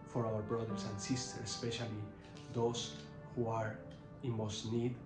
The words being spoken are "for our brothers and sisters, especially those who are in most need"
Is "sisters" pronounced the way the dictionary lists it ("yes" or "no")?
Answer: no